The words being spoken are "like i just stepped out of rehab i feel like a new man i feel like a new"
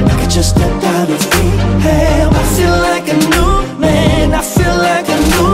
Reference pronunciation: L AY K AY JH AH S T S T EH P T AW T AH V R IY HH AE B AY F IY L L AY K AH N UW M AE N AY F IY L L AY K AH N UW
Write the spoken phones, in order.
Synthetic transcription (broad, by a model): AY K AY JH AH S S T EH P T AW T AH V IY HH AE AY F IY L L AY K AH N UW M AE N AY F IY L L AY K AH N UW